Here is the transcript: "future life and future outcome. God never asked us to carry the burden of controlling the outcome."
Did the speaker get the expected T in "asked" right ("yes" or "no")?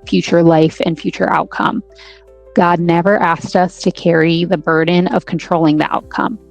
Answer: yes